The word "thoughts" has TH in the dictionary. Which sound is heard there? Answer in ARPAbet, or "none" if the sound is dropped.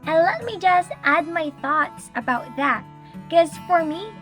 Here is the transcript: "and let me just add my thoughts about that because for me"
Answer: TH